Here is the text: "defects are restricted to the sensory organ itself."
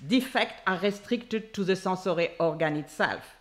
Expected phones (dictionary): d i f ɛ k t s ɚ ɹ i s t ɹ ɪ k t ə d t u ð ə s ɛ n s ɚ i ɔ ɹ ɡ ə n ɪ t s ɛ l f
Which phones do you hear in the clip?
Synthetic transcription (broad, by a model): d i f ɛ k t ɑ ɹ i s t ɹ ɪ k t ə d t u ð ə s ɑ s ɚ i ɔ ɹ ɡ ə n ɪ t s ɛ l f